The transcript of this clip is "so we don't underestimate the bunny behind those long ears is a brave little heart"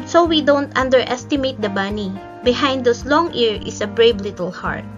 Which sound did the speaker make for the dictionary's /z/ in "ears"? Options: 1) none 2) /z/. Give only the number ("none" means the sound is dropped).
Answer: 1